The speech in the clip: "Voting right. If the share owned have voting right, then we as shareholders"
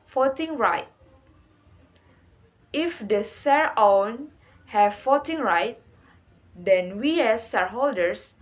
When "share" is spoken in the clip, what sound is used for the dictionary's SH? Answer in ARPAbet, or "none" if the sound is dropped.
S